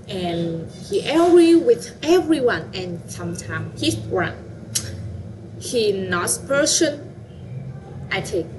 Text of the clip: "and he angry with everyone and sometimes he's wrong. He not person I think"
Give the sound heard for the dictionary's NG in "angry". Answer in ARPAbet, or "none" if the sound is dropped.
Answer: none